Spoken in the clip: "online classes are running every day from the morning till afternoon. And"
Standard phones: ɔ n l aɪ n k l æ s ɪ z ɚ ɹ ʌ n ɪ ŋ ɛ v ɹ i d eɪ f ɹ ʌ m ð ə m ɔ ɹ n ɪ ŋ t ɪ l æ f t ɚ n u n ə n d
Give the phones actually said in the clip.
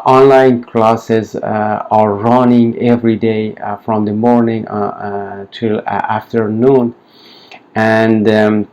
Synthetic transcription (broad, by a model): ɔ n l aɪ n k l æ s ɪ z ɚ ɹ ʌ n ɪ ŋ ɛ v ɹ i d eɪ f ɹ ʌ m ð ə m ɔ ɹ n ɪ ŋ t ɪ l æ f t ɚ n u n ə n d